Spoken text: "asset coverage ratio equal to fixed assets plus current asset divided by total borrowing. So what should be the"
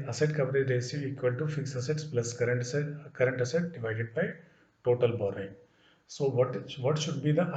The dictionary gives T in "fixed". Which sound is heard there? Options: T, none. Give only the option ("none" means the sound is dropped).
none